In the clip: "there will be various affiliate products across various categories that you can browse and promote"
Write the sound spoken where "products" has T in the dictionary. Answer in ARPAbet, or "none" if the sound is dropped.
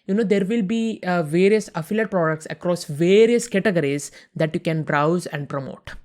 T